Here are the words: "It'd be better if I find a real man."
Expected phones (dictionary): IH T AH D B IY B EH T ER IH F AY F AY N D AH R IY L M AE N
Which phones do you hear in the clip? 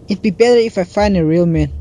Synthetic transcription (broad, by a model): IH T B IY B EH T ER IH F AY F AY N D AH R IY L M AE N